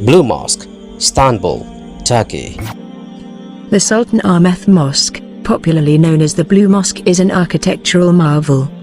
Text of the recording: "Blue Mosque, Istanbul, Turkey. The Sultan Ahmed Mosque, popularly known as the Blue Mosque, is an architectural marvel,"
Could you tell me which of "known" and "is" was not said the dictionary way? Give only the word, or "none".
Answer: none